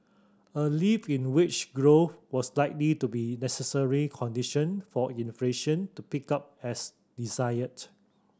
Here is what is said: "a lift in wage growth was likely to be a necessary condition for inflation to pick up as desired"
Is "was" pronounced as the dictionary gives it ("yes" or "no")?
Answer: no